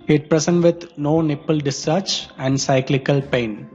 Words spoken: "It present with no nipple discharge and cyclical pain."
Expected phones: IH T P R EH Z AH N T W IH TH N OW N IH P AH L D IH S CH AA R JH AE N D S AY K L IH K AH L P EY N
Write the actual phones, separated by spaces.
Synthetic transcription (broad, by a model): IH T P R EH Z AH N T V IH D N OW N IH P AH L D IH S AA R CH AE N D S AY K L IH K AH L P EY N